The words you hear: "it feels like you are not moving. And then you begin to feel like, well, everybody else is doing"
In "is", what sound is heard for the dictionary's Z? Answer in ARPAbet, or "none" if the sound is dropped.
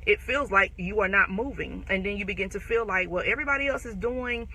Z